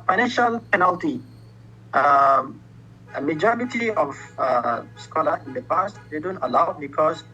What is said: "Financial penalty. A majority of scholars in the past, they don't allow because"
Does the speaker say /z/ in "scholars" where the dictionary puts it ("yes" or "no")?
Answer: no